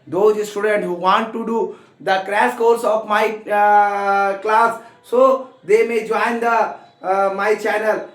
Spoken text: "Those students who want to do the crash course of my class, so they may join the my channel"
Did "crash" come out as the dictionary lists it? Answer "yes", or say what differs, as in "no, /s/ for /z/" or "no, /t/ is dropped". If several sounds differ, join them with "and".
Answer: no, /s/ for /ʃ/